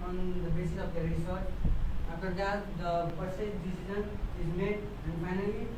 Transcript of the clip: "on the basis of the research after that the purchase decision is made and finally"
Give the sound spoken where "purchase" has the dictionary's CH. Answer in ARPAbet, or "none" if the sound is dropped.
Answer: S